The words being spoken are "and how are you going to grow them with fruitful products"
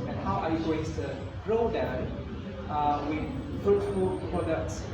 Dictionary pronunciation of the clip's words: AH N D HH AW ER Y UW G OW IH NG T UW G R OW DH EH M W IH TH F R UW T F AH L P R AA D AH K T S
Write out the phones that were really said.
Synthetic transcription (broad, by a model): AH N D HH AW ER Y UW G OW IH NG T UW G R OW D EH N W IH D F UW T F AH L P R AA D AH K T S